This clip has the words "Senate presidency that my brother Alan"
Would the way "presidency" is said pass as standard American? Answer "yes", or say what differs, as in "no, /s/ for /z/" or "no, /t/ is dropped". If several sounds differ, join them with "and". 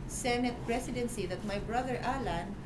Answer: no, /s/ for /z/